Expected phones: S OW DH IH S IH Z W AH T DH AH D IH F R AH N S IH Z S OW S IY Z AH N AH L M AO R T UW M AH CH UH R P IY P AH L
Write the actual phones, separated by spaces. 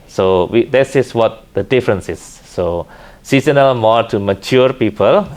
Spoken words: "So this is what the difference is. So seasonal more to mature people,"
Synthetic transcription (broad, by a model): S OW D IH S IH S W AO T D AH D IH F R AH N S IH S OW S IY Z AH N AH L M AO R T UW M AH CH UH R P IY P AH L